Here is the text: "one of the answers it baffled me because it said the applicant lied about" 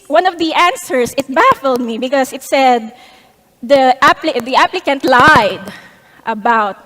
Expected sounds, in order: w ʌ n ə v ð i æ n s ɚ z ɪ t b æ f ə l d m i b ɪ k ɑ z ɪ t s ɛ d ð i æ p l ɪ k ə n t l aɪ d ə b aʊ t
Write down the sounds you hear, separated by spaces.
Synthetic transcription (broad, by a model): w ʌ n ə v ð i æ n s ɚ s ɪ t b æ f ə l d m i b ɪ k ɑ s ɪ t s ɛ d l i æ p l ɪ k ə n t l aɪ d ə b aʊ t